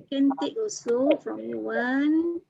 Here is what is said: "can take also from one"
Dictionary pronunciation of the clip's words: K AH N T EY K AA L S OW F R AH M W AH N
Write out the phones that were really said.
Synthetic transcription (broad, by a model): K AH N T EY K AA S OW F R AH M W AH N